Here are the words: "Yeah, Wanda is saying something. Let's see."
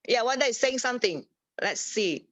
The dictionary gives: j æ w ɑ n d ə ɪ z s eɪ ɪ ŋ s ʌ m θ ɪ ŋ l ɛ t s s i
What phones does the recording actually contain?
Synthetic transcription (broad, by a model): j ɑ w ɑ d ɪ s eɪ ɪ ŋ s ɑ m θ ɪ ŋ l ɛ t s s i